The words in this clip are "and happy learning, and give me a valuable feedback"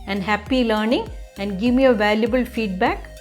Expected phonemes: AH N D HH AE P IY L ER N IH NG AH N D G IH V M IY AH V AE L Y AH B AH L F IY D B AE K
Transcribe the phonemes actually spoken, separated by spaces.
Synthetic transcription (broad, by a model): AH N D HH AE P IY L ER N IH NG AH N D G IH V M IY AH V AE L Y AH B AH L F IY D B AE K